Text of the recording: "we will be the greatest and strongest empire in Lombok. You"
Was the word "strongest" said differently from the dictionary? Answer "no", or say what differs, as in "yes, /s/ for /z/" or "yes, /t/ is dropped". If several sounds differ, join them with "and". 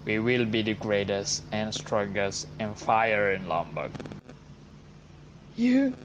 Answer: yes, /ŋ/ is dropped and /t/ is dropped